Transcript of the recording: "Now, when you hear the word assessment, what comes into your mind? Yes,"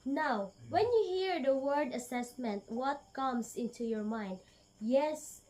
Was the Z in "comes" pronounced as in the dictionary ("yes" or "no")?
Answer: no